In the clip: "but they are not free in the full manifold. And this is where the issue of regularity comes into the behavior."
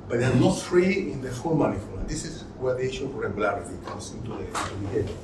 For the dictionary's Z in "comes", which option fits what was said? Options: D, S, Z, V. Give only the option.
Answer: S